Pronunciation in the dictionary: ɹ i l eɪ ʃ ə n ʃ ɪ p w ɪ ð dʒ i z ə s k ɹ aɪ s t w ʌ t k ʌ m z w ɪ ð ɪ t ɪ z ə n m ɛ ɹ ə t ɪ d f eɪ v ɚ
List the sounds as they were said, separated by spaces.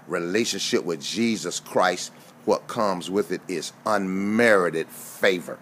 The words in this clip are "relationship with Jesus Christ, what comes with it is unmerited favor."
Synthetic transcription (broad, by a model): ɹ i l eɪ ʃ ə n ʃ ɪ p w ɪ ð dʒ i z ə s k ɹ aɪ s t w ʌ t k ʌ m z w ɪ ð ɪ t ɪ z ə n m ɛ ɹ ə t ɪ d f eɪ v ɚ